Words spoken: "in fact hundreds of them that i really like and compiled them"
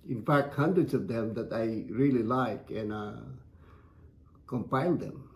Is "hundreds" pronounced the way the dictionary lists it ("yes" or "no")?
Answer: no